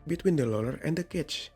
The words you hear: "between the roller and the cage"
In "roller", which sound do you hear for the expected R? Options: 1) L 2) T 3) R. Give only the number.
1